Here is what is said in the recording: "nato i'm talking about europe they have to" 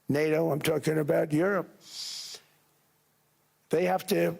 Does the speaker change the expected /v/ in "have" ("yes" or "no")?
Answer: yes